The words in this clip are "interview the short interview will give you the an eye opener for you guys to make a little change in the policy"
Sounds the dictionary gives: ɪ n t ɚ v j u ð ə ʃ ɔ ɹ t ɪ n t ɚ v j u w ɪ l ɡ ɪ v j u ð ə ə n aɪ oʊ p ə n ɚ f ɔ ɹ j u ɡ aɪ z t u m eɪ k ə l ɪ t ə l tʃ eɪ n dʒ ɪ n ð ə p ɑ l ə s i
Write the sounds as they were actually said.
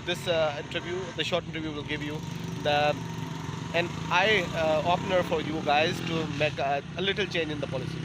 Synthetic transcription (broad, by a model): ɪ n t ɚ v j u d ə ʃ ɔ ɹ t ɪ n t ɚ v j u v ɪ l ɡ ɪ v j u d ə ə n aɪ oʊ p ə n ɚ f ɔ ɹ j u ɡ aɪ z t u m eɪ k ə l ɪ t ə l tʃ eɪ n dʒ ɪ n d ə p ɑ l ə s i